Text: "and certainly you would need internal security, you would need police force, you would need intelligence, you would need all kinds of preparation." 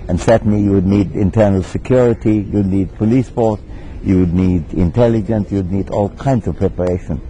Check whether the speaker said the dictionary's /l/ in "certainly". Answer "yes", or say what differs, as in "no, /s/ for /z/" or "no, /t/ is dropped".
no, /l/ is dropped